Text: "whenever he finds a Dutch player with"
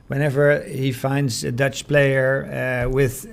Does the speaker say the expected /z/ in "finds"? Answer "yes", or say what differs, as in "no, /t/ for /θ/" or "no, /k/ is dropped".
yes